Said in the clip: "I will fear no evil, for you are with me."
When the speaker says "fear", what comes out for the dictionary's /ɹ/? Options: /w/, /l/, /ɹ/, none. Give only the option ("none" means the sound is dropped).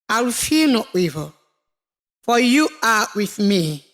/l/